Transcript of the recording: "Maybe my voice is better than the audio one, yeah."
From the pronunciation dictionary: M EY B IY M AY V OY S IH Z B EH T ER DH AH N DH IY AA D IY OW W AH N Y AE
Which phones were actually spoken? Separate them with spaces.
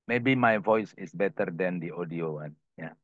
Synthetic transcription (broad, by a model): M EY B IY M AY V OY S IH S B EH T ER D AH N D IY AA D IY OW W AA N Y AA